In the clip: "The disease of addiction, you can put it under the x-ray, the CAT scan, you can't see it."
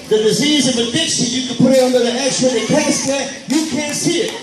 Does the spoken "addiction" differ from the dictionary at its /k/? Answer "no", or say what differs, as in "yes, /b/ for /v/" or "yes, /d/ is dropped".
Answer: no